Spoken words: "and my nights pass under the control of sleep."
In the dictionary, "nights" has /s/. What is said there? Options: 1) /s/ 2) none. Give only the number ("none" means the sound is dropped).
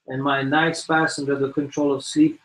1